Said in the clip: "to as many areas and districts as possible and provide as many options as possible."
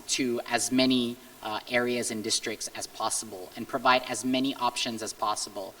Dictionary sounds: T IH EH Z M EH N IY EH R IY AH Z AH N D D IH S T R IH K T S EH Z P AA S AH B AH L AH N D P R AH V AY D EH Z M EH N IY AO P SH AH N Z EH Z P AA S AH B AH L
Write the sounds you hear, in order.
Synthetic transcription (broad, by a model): T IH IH Z M EH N IY EH R IY AH Z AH N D D IH S T R IH K T S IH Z P AA S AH B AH L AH N P R AH V AY D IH Z M EH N IY AO P SH AH N Z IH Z P AA S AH B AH L